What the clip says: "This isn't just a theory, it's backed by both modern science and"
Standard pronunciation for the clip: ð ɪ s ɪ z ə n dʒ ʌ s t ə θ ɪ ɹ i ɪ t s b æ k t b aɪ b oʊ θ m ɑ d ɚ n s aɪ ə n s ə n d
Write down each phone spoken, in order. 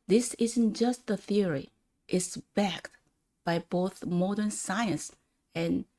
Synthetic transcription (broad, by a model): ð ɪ s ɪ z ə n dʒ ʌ s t ə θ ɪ ɹ i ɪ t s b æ k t b aɪ b oʊ θ m ɑ d ɚ n s aɪ ə n s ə n